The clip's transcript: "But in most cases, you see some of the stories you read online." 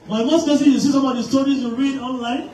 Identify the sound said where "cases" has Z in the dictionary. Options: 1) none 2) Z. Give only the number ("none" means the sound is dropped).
1